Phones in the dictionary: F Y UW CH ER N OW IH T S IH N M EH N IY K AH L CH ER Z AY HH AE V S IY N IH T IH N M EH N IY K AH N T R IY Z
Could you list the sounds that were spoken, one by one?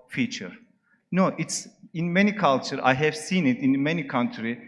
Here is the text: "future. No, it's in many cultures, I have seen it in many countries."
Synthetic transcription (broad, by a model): F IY CH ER N OW IH T S IH N M EH N IY K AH L CH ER AY HH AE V S IY N IH T IH N M EH N IY K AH N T R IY